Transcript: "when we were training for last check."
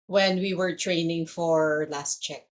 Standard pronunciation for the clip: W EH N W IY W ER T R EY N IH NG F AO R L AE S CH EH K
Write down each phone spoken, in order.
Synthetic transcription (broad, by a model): W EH N W IY W ER T R EY N IH NG F AO R L AE S CH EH K